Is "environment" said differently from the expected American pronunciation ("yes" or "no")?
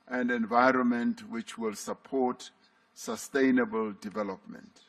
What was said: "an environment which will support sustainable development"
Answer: no